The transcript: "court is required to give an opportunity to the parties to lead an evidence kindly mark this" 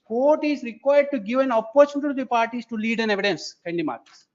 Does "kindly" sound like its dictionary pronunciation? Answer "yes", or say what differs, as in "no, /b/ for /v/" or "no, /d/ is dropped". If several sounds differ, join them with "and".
no, /l/ is dropped